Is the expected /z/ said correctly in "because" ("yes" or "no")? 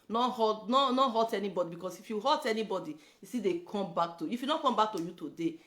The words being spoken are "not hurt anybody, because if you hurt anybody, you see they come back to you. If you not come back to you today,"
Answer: no